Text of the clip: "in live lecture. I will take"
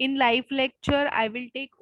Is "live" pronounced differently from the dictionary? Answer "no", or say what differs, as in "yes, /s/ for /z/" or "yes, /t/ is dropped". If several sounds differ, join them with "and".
yes, /f/ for /v/